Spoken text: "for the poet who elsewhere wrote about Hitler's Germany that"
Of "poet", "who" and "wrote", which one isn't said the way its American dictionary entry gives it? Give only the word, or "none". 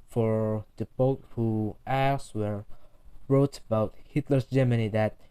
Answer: poet